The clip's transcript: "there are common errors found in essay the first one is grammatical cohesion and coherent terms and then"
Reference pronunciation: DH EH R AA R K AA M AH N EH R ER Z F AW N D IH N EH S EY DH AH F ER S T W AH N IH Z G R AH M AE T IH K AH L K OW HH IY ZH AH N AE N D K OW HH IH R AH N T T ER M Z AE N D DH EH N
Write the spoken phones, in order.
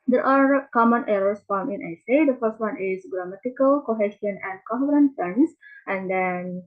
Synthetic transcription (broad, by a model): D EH R AA R K AA M AH N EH R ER S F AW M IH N EH S EY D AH F ER S T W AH N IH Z G R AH M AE T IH K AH L K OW HH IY SH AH N AE N D K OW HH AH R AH N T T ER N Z AE N D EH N